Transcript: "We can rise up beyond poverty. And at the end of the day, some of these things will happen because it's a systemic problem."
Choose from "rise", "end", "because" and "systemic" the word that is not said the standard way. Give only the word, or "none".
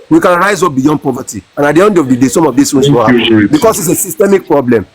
because